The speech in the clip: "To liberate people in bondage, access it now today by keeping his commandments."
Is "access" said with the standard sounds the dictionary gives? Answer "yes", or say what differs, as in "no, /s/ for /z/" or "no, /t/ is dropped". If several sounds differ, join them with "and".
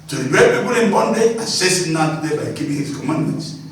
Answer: no, /k/ is dropped